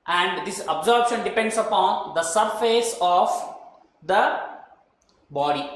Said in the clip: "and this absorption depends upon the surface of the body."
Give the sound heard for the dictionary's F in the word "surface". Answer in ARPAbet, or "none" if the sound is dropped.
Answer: F